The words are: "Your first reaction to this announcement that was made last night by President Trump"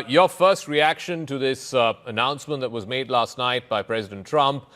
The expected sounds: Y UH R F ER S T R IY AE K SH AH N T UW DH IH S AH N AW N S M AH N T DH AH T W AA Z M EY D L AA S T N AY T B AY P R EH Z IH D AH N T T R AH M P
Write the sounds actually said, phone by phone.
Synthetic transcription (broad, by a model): Y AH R F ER S T R IY AE K SH AH N T UW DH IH S AH N AW N S M AH N T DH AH T W AA Z M EY D L AA S T N AY T B AY P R EH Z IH D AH N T T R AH M P